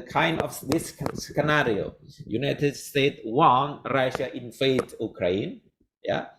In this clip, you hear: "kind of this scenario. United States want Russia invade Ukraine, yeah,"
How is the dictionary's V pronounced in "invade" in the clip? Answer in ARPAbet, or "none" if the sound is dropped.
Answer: F